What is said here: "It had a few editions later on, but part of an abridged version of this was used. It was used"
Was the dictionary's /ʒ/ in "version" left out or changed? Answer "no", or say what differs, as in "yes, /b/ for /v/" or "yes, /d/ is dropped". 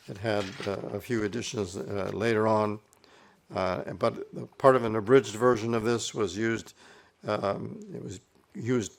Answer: no